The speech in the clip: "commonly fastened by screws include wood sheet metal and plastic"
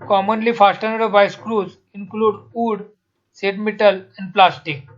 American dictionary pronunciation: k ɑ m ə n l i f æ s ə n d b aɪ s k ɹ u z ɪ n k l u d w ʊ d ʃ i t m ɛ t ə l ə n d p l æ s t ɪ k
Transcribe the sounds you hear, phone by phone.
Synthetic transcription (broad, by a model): k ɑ m ə n l i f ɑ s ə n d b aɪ s k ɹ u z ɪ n k l u d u d s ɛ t m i t ə l ə n d p l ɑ s t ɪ k